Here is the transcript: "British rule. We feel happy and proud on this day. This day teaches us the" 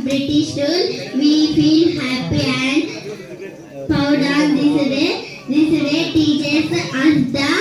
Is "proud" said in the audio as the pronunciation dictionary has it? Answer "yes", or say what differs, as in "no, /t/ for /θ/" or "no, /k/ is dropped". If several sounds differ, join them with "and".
no, /ɹ/ is dropped